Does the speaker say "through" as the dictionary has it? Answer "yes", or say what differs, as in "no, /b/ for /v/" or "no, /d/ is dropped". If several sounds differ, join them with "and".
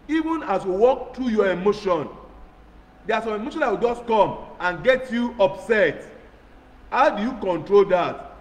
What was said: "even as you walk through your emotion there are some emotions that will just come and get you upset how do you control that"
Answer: no, /t/ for /θ/